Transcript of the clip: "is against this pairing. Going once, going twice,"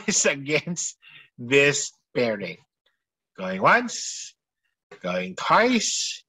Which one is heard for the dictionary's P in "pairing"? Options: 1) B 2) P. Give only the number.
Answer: 1